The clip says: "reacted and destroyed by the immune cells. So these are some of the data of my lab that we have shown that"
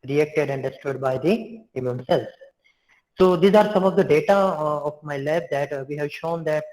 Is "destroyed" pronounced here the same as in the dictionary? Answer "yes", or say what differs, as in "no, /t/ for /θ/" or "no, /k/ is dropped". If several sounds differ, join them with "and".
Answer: no, /ɹ/ is dropped